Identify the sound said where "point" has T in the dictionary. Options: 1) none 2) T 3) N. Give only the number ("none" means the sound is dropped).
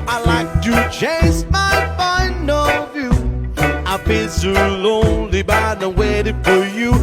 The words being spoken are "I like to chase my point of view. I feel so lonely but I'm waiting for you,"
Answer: 1